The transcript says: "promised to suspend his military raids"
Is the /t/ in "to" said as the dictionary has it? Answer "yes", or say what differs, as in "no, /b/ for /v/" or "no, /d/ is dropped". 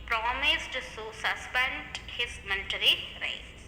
no, /s/ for /t/